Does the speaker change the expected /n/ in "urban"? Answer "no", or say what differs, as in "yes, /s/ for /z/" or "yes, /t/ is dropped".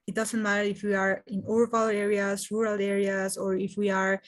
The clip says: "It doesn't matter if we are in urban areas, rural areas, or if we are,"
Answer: yes, /l/ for /n/